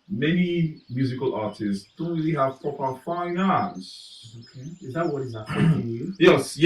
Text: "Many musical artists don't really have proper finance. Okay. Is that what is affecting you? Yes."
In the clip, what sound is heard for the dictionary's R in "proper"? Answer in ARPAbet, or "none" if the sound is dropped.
none